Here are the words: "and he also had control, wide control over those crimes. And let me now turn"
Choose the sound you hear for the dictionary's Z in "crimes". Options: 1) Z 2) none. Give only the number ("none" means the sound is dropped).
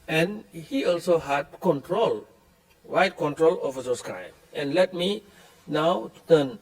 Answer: 2